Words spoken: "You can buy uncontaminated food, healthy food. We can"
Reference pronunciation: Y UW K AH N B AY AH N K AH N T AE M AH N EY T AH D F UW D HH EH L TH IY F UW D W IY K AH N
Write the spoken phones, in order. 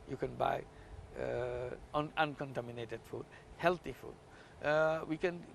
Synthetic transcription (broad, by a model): Y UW K AH N B AY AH N K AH N T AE M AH N EY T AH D F UW D HH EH L T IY F UW D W IY K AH N